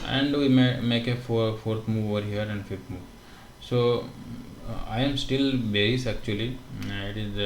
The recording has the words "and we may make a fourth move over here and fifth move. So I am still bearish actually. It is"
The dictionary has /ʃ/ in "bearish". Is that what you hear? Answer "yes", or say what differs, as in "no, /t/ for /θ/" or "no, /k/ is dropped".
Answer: no, /s/ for /ʃ/